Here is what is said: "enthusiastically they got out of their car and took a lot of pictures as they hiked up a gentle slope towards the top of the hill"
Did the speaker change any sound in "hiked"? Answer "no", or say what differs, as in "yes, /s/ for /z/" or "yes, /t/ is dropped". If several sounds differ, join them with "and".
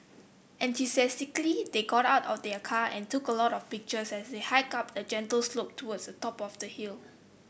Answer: yes, /t/ is dropped